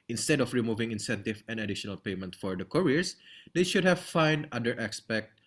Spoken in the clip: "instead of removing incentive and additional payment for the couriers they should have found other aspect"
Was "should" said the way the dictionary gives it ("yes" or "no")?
yes